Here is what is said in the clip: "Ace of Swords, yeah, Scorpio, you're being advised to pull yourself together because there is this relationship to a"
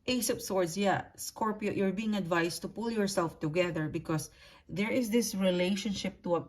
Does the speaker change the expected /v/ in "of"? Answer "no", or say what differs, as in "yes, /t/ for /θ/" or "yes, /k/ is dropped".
yes, /p/ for /v/